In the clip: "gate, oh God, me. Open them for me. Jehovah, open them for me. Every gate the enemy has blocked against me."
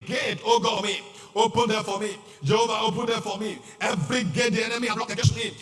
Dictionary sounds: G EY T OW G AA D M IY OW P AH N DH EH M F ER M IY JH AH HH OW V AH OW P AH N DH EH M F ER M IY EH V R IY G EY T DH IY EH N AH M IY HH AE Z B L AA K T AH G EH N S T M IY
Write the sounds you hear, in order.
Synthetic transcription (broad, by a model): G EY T OW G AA M IY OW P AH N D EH F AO M IY JH AH HH OW V AH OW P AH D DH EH F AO M IY EH V R IY G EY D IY EH N AH M IY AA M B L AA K AH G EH S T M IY